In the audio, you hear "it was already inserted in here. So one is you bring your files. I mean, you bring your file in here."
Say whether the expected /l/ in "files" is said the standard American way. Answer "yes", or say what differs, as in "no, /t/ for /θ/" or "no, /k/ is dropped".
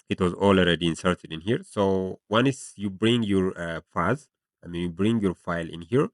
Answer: no, /l/ is dropped